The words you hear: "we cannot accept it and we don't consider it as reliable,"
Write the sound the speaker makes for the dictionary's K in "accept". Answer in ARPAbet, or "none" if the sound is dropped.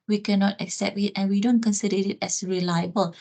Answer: K